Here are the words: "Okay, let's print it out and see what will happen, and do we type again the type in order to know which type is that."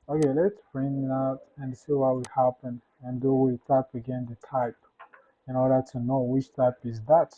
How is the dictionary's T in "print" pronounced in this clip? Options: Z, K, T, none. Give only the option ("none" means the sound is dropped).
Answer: none